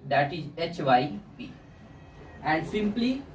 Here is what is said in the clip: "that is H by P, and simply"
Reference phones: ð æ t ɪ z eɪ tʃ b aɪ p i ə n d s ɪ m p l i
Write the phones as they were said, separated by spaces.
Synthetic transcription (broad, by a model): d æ t ɪ z eɪ tʃ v aɪ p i ə n d s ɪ m p l i